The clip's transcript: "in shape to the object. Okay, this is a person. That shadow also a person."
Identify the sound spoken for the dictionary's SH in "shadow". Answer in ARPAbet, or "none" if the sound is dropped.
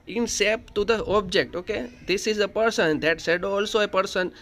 S